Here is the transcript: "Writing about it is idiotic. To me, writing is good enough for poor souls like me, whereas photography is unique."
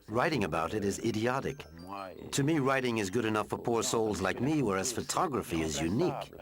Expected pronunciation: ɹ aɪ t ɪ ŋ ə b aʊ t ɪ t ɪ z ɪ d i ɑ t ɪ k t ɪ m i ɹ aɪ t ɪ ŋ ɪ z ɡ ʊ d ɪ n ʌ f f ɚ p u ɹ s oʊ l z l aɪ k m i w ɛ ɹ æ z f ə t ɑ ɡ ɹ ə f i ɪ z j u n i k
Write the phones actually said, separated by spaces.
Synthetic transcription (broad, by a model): ɹ aɪ t ɪ ŋ ə b aʊ t ɪ t ɪ z ɪ d i ɑ t ɪ k t ɪ m i ɹ aɪ t ɪ ŋ ɪ z ɡ ʊ d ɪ n ʌ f f ɚ p u ɹ s oʊ l z l aɪ k m i w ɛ ɹ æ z f ə t ɑ ɡ ɹ ə f i ɪ z j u n i k